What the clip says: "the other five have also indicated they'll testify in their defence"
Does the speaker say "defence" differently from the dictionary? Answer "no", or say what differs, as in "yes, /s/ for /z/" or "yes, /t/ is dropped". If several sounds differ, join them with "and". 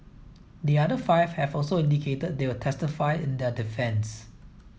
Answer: no